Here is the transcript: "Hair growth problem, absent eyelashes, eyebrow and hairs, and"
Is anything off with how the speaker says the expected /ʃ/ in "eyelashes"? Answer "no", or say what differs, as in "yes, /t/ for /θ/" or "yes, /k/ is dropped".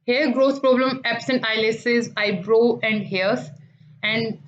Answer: yes, /s/ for /ʃ/